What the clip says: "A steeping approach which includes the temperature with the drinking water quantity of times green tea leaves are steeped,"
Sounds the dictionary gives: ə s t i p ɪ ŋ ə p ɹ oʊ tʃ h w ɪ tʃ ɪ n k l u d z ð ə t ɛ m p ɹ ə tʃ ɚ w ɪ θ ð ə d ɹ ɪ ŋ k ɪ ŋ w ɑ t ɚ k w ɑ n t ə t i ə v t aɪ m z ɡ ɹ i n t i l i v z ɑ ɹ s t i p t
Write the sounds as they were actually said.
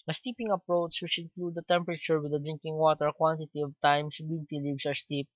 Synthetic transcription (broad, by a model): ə s t i p ɪ ŋ ə p ɹ oʊ tʃ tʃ w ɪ tʃ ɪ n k l u d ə t ɛ m p ɹ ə tʃ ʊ w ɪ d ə d ɹ ɪ ŋ k ɪ ŋ w ɑ t ɚ k w ɑ n t ə t i ə v t aɪ m s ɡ i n t i l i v s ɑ ɹ s t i p